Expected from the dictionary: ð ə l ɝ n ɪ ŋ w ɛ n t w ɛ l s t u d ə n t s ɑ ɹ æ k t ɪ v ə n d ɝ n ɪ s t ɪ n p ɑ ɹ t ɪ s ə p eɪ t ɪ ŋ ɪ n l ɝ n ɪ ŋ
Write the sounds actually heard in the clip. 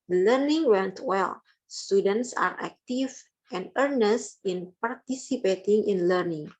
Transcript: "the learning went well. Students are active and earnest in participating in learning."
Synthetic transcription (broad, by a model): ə l ɝ n ɪ ŋ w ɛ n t w ɛ l s t u d ə n t s ɑ ɹ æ k t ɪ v ə n d ɝ n ɪ s t ɪ n p ɑ ɹ t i s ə p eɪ t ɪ ŋ ɪ n l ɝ n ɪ ŋ